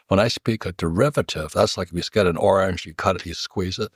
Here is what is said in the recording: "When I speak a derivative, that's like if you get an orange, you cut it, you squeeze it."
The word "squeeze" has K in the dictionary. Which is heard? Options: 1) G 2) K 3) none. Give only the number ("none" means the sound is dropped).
2